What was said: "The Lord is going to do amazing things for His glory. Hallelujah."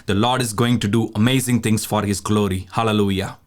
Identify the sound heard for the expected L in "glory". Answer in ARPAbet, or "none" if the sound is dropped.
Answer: L